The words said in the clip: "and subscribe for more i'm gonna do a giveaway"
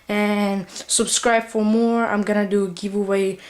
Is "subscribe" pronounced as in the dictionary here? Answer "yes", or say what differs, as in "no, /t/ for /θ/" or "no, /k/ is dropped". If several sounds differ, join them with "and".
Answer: yes